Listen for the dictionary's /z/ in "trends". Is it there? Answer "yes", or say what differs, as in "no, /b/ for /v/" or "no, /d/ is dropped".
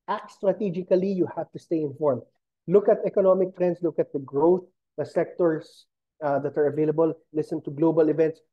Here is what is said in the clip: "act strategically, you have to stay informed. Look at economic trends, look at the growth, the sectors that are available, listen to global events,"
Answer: no, /s/ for /z/